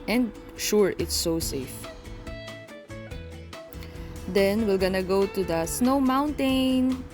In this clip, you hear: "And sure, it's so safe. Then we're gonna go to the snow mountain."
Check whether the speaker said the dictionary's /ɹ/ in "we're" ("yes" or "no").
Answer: no